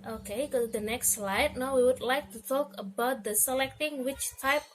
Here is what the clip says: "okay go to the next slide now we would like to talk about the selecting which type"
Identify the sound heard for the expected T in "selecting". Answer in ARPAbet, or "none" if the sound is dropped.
T